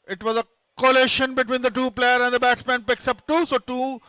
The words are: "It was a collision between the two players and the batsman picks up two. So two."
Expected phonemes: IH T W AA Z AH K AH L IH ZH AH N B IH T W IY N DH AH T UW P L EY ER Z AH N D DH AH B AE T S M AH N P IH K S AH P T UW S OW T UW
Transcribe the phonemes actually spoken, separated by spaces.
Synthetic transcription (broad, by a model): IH T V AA Z AH K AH L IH SH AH N B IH T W IY N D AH T UW P L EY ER AH N D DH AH B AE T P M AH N P IH K S AH P T UW S OW T UW